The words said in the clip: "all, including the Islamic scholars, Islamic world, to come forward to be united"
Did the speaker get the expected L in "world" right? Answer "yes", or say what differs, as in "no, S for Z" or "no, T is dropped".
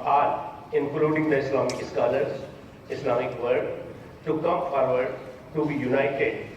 no, L is dropped